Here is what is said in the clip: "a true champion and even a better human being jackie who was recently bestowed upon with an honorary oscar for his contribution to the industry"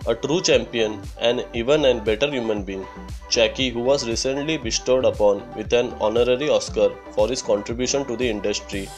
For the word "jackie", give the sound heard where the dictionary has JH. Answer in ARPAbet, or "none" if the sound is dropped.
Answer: CH